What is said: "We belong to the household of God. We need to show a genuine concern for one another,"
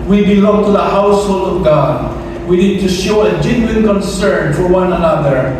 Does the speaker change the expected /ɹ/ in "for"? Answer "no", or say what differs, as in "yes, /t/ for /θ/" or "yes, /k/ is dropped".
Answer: no